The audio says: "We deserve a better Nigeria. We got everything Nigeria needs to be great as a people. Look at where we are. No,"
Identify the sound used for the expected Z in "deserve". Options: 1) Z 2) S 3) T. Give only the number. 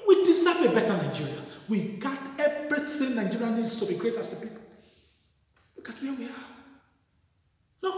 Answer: 2